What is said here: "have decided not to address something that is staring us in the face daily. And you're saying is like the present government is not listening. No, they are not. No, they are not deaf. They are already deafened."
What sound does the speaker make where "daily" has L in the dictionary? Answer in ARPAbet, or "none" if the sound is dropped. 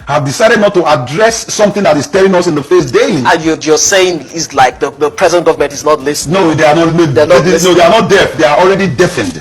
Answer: N